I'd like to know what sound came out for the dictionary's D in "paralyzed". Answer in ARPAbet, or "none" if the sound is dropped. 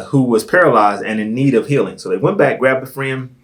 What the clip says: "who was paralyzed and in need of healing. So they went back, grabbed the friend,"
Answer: D